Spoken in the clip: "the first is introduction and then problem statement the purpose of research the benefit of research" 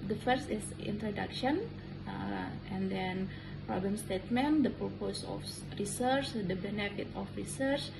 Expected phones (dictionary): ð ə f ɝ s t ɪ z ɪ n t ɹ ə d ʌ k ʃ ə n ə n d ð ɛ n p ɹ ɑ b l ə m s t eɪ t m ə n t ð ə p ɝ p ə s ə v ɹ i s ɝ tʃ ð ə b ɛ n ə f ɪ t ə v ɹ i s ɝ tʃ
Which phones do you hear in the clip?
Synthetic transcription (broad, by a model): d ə f ɝ s t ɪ s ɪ n t ɹ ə d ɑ k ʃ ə n ə n d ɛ n p ɹ ɑ b l ə m s t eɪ t m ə n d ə p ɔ p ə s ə f ɹ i s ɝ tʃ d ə b ɛ n ə f ɪ t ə f ɹ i s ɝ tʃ